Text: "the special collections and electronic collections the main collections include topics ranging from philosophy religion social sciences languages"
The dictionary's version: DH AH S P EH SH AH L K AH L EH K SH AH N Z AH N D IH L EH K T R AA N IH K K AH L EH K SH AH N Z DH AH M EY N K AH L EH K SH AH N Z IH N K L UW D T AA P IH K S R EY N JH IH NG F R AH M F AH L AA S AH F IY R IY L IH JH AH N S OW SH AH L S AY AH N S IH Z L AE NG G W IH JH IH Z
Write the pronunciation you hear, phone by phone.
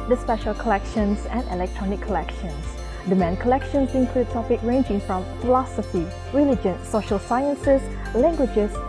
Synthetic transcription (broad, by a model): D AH S P EH SH AH L K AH L EH K SH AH N S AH N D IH L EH K T R AA N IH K K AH L EH K SH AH N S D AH M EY N K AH L EH K SH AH N S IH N K L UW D T AA P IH K R EY N JH IH NG F R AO M F AH L AA S AH F IY R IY L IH JH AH N S OW SH AH L S AY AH N S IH S L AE NG G W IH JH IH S